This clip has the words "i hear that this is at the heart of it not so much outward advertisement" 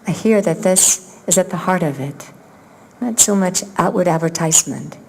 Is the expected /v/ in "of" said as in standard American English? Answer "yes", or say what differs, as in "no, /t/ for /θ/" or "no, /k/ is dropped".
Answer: yes